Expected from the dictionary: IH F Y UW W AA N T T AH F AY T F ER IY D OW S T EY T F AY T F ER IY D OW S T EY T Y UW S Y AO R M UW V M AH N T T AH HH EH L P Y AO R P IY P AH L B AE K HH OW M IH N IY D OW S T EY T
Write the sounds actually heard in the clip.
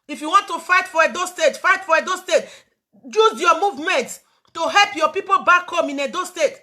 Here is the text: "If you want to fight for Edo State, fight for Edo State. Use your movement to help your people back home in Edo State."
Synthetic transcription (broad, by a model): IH F Y UW W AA N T T AH F AY T F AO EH D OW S T EY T F AY T F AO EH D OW S T EY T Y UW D Y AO M UW V M AH N T T AH HH EH L P Y AO P IY P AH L B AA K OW M IH N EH D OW S T EY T